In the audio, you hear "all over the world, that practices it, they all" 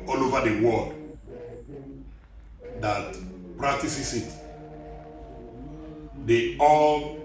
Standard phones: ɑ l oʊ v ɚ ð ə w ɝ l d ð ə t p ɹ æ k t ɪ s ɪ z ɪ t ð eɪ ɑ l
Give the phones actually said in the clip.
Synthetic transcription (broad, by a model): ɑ l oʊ v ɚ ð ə w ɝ l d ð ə t p ɹ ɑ k t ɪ s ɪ s ɪ t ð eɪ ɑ l